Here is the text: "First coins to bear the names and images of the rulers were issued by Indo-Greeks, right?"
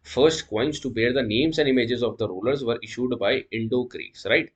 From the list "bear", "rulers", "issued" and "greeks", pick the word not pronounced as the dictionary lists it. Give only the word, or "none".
greeks